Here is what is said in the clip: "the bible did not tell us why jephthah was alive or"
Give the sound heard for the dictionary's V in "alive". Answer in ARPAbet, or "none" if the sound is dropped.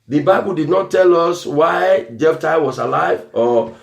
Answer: V